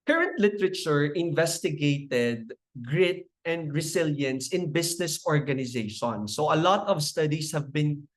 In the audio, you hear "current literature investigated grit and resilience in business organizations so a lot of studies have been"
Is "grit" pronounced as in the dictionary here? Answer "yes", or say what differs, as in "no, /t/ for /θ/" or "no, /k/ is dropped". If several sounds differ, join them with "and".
yes